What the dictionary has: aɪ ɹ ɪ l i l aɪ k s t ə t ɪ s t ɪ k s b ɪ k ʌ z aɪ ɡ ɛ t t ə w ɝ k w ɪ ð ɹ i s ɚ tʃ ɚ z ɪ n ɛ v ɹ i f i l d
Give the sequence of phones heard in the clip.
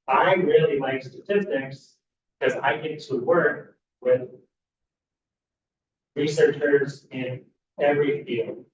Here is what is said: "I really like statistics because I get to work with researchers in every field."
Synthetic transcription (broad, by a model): aɪ ɹ ɪ l i l aɪ k s t ə t ɪ s t ɪ k s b k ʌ z aɪ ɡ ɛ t t ə w ɝ k w ɪ ð ɹ i s ɚ tʃ ɚ z ɪ n ɛ v ɹ i f i l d